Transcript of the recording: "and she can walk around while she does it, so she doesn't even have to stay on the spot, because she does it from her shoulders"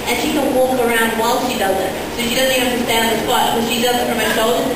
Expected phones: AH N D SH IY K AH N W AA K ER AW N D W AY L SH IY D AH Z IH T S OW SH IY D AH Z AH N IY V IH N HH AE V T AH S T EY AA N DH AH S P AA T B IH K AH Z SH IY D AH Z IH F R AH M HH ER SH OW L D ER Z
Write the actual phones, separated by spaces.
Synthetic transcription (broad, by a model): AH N SH IY K AH N W AA K ER AW N D W AY L SH IY D AH Z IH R S OW SH IY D AH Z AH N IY IH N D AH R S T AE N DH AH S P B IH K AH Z SH IY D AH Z IH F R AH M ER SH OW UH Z